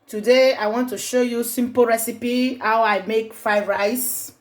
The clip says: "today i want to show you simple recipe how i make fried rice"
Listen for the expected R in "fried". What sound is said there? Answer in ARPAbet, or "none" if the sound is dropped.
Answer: none